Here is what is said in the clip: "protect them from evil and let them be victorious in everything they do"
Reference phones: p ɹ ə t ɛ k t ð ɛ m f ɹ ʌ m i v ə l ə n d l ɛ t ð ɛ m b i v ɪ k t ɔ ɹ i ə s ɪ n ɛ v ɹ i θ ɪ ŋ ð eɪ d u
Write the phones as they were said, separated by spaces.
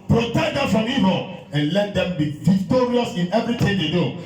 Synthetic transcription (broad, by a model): p ɹ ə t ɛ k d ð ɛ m f ɹ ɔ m i v ə l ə n l ɛ t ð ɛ m b i v ɪ k t ɔ ɹ i ə s ɪ n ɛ v ɹ i t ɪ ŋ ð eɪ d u